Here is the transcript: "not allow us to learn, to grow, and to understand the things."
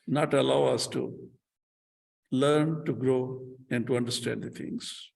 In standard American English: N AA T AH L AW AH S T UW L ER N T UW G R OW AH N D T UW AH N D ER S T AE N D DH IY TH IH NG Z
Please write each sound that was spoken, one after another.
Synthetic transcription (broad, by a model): N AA T AH L AW AH S T UW L ER N T UW G R OW AH N D T UW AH N D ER S T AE N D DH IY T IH NG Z